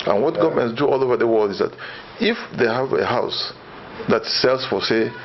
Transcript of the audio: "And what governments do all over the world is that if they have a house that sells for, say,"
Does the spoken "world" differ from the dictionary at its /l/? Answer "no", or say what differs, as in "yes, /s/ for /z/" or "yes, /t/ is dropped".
no